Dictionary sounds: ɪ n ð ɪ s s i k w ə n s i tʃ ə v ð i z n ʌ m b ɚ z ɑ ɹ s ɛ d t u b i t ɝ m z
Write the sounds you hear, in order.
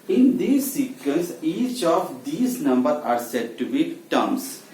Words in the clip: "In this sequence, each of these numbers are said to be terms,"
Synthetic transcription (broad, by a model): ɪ n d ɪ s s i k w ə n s i tʃ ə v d i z n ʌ m b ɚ ɑ ɹ s ɛ d t u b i t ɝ m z